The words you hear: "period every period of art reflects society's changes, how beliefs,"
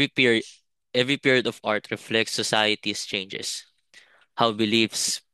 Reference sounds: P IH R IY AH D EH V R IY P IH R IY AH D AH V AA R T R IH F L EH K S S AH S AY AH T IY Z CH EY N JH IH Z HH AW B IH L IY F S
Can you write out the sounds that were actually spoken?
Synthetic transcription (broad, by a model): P EH V R IY P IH R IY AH D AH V AA R T R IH F L EH K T S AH S AY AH T IY S CH EY N JH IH S HH AW B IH L IY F S